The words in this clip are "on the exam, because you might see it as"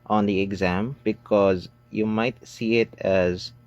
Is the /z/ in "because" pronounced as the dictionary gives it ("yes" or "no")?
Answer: yes